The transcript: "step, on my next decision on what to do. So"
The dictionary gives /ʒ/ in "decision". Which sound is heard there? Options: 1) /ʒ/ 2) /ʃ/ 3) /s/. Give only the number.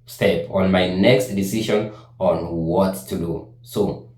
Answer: 2